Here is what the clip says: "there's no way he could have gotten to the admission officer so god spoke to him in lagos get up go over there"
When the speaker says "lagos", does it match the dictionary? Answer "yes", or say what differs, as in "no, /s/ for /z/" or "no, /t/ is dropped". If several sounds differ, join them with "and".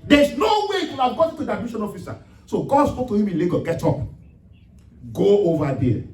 no, /s/ is dropped